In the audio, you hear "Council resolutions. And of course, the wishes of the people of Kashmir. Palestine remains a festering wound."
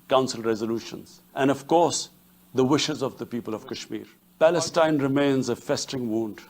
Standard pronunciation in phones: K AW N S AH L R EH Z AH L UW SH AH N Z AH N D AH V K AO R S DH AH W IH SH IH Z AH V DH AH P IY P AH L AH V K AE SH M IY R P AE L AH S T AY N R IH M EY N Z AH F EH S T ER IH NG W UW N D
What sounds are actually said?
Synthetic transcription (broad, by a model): K AW N S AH L R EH Z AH L UW SH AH N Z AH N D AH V K AO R S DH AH W IH SH IH Z AH V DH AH P IY P AH L AH V K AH SH M IY R P AE L AH S T AY N R IH M EY N Z AH F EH S T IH NG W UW N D